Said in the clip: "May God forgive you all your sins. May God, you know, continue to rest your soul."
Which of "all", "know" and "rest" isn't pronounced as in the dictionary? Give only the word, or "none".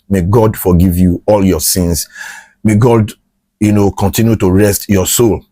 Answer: none